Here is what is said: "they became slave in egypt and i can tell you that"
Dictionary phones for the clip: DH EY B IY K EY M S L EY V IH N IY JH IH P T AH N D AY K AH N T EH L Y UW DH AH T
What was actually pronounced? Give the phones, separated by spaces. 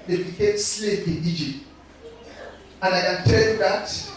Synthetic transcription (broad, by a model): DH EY B IY K EY M S L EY P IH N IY JH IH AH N AY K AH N T EH L Y UW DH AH T